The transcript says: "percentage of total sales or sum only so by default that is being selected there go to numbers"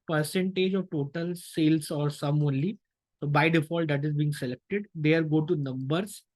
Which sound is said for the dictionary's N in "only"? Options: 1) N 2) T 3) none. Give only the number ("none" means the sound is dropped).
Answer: 1